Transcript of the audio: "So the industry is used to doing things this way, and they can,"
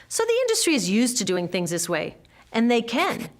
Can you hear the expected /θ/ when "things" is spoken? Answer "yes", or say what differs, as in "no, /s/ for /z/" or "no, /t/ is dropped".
yes